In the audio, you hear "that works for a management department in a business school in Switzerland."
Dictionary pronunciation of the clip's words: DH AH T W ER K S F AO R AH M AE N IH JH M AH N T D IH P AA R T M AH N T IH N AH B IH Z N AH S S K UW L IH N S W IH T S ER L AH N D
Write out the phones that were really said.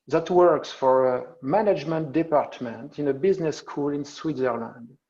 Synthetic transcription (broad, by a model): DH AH T W ER K S F AO R AH M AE N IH JH M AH N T D IH P AA R T M AH N T IH N AH B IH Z N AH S S K UW L IH N S W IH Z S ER L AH N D